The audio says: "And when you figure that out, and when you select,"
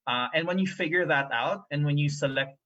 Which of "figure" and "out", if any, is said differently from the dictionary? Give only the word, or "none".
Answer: none